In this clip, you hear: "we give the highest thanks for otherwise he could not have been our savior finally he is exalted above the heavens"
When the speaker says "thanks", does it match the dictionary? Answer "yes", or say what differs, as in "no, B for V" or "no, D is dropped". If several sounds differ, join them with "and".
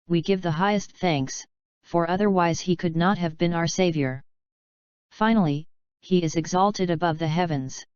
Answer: yes